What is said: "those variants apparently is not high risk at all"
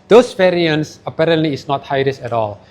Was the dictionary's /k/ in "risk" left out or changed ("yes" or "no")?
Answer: yes